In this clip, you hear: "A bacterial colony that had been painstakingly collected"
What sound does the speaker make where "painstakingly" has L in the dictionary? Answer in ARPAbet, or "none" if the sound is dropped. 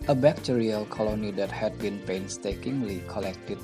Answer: L